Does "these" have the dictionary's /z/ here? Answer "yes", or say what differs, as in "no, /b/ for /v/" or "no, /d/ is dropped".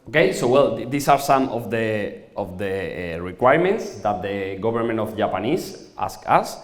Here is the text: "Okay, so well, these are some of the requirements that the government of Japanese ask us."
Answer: no, /s/ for /z/